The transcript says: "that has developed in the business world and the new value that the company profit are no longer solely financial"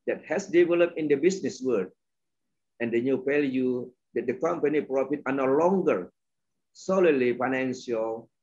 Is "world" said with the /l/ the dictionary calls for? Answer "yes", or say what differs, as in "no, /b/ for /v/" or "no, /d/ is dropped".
no, /l/ is dropped